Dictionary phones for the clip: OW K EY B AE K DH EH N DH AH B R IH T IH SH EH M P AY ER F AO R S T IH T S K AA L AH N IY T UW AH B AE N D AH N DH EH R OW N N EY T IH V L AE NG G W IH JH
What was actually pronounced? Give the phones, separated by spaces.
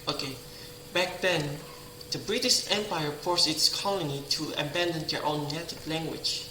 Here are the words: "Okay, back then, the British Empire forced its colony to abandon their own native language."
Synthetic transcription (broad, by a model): OW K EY B AE K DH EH N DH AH B R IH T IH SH EH M P AY ER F AO R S IH T S K AA L AH N IY T UW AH B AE N D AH N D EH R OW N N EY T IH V L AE NG G W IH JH